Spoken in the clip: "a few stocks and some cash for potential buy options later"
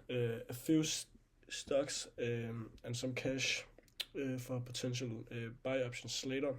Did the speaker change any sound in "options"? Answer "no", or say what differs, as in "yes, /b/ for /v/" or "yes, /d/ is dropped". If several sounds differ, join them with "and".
yes, /s/ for /z/